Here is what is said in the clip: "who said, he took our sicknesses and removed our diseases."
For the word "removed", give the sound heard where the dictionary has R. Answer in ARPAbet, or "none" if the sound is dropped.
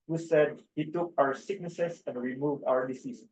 R